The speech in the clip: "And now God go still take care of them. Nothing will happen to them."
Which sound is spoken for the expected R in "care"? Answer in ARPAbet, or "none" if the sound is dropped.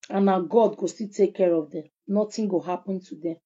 R